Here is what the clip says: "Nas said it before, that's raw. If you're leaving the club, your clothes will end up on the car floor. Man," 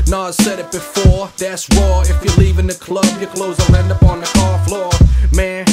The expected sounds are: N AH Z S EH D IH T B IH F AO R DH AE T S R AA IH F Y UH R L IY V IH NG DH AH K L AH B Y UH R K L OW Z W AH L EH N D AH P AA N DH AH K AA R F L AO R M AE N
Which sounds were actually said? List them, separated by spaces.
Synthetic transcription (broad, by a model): N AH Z S EH D IH T B IH F AO R DH AE T S W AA IH F Y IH L IY V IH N DH AH K L AH B Y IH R K L OW Z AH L EH N D AH P AA N DH AH K AA R F L AO R M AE N